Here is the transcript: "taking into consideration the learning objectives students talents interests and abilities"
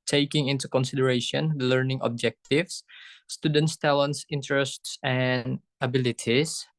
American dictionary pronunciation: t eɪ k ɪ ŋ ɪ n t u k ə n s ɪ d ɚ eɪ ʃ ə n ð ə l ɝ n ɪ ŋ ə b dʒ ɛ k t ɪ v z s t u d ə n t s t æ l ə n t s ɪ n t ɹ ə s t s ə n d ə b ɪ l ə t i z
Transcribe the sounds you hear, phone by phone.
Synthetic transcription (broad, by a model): t eɪ k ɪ ŋ ɪ n t u k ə n s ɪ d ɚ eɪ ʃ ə n l ɝ n ɪ ŋ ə b dʒ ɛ k t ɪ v s t u d ə n t s t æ l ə n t s ɪ n t ɹ ə s t s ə n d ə b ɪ l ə t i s